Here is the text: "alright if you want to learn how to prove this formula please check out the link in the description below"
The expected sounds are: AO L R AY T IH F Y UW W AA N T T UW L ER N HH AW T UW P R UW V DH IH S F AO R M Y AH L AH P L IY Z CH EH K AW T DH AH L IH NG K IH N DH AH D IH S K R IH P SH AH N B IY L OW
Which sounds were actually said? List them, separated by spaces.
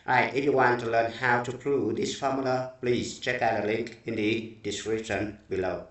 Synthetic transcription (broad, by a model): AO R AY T IH F Y UW W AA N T T UW L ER N HH AW T UW P R UW V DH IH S F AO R M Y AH L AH P L IY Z CH EH K AW T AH L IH NG K IH N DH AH D IH S K R IH P SH AH N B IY L OW